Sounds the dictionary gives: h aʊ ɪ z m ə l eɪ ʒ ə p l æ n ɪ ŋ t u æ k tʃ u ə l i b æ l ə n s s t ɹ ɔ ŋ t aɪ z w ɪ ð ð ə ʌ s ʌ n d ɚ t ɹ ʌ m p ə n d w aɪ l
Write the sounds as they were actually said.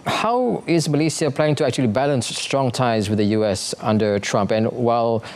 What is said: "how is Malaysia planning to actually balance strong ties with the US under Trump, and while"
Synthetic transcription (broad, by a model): h aʊ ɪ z m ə l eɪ s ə p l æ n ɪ ŋ t u æ k tʃ u ə l i b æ l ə n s s t ɹ ɔ ŋ t aɪ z w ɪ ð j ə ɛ s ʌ n d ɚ t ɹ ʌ m p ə n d w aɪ l